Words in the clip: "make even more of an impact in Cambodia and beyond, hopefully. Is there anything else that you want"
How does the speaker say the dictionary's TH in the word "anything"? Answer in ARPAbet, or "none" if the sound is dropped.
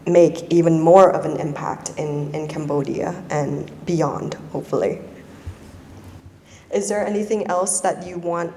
TH